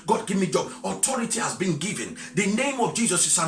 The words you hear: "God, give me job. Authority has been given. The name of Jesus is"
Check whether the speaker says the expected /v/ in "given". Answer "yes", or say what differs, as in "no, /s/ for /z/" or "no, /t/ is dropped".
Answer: yes